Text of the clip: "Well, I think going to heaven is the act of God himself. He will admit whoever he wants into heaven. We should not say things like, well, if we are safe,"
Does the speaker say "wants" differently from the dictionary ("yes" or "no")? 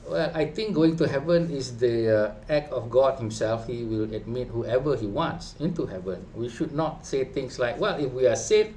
no